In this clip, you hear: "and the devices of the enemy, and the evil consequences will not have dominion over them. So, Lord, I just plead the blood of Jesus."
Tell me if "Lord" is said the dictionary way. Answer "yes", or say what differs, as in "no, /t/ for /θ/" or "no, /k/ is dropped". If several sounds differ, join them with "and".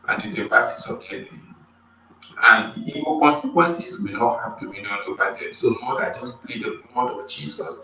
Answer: no, /n/ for /l/